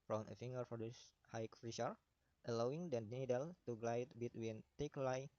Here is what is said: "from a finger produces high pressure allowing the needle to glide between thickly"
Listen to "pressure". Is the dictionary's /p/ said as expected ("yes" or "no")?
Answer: no